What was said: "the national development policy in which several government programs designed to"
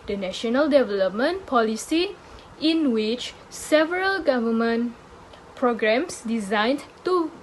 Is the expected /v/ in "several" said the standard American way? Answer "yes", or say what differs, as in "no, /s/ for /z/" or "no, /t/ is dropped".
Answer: yes